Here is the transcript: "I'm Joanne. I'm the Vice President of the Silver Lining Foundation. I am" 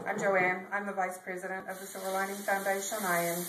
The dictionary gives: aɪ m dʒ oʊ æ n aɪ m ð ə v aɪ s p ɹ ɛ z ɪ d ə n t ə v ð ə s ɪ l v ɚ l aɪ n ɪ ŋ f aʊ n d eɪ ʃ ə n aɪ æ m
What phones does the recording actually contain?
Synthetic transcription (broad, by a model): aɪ m dʒ oʊ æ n aɪ m ð ə v aɪ s p ɹ ɛ z ɪ d ə n t ə v ð ə s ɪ v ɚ l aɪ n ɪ ŋ f aʊ n d eɪ ʃ ə n aɪ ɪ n